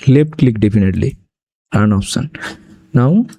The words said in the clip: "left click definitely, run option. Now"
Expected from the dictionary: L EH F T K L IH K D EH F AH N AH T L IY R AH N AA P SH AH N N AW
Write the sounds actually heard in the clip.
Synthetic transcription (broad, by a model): L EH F T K L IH K D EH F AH N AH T L IY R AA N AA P S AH N N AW